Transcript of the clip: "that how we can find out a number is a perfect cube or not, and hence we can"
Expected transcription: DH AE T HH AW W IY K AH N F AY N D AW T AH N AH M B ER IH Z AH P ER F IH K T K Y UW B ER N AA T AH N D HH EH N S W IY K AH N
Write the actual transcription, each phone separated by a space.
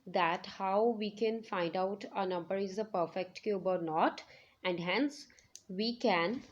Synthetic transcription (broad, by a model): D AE T HH AW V IY K AH N F AY N D AW T AH N AH M B ER IH Z AH P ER F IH K T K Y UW B ER N AA T AH N D HH EH N S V IY K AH N